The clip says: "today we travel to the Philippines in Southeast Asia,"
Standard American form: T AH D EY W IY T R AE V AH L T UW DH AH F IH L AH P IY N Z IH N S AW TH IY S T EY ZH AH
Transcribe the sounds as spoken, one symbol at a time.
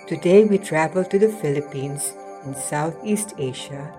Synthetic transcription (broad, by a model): T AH D EY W IY T R AE V AH L T UW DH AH F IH L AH P IY N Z IH N S AW T IY S T EY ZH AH